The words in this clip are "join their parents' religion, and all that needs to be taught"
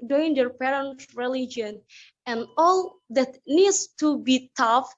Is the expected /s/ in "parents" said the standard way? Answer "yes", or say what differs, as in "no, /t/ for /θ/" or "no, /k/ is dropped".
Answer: no, /s/ is dropped